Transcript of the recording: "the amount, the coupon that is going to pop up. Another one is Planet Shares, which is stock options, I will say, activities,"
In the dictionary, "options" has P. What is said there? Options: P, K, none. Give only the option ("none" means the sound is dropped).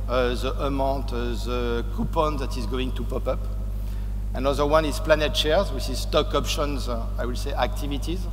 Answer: P